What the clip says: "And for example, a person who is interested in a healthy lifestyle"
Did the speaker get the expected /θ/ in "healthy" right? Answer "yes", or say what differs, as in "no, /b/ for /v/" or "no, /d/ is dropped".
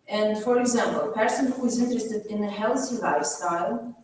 no, /s/ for /θ/